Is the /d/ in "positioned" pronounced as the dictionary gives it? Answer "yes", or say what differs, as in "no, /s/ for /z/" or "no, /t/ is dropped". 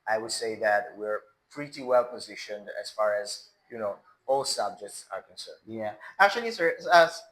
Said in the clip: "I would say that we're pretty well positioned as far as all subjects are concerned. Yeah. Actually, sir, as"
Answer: yes